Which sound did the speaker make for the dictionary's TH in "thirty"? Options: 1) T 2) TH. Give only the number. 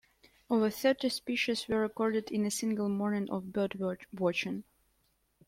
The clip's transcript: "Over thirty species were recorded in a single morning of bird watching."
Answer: 2